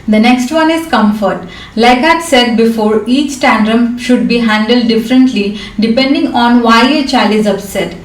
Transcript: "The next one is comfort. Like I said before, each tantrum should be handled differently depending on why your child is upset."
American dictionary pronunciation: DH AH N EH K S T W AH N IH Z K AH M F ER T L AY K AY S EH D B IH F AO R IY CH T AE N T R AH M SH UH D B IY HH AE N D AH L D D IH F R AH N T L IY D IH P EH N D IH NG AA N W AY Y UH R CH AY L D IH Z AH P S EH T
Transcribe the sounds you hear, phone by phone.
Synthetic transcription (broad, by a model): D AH N EH K S T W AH N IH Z K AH M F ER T L AY K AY S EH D B IH F AO R IY CH T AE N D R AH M SH UH D B IY HH AE N D AH L D D IH F R AH N T L IY D IH P EH N D IH NG AA N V AY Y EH CH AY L IH Z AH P S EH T